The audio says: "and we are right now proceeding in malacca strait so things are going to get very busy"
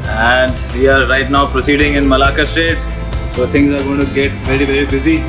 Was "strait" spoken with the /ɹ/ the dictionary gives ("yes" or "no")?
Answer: no